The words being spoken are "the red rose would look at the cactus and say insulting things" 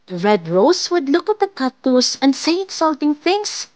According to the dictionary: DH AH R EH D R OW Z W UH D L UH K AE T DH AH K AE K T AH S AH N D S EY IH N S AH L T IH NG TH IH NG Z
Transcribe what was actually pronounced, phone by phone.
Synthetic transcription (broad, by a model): R EH D R OW S W UH D L UH K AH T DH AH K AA T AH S AH N D S EY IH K S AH L T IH NG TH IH NG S